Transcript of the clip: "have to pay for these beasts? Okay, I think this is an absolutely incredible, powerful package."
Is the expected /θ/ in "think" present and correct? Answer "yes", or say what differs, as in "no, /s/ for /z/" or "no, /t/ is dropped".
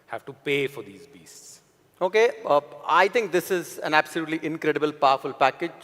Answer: no, /t/ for /θ/